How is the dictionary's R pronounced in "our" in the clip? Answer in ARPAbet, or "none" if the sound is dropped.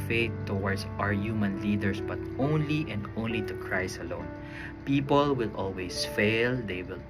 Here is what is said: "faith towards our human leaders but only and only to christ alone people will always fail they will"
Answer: R